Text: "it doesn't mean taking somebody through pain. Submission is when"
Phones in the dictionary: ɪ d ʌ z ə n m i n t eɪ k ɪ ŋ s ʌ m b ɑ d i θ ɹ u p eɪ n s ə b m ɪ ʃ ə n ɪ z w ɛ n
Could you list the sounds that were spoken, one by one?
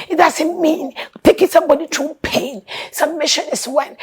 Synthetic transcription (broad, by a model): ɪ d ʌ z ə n m i n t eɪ k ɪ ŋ s ʌ m b ɑ d i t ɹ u p eɪ n s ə m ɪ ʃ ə n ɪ s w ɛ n